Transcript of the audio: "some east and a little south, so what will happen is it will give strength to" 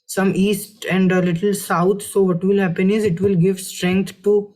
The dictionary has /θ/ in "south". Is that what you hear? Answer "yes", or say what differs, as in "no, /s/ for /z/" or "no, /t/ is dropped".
no, /t/ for /θ/